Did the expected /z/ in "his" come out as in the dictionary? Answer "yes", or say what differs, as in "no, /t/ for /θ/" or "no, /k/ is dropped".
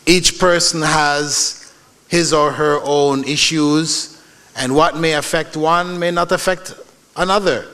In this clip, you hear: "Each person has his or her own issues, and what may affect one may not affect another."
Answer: yes